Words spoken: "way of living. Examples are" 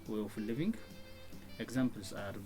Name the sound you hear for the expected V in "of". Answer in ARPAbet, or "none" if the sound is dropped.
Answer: F